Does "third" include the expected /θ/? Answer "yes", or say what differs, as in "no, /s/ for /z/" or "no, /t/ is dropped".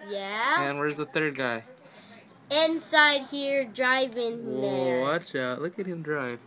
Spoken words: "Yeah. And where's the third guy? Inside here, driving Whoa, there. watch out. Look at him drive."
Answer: yes